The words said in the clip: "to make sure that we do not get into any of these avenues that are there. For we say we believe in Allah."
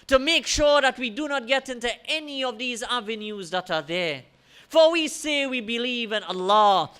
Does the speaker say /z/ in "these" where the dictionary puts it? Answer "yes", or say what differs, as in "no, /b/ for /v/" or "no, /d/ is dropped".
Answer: yes